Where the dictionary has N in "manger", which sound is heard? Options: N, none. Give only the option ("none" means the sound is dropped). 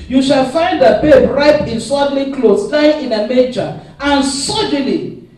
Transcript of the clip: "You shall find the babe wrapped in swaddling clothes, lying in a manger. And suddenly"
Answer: none